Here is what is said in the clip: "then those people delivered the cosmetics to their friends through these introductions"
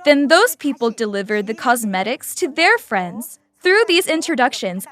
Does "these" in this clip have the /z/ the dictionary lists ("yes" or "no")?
yes